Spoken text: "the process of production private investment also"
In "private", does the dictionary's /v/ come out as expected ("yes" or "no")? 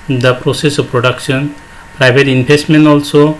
no